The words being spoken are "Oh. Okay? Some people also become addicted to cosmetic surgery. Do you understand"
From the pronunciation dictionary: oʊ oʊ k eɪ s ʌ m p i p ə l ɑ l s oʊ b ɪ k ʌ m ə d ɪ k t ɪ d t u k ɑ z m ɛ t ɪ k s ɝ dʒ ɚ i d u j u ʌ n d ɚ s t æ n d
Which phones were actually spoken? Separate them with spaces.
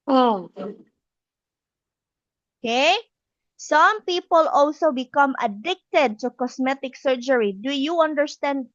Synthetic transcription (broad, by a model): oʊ oʊ k eɪ s ʌ m p i p ə l ɑ l s oʊ b ɪ k ʌ m ə d ɪ k t ɪ d t u k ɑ s m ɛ t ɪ k s ɝ dʒ ɚ i d u j u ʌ n d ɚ s t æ n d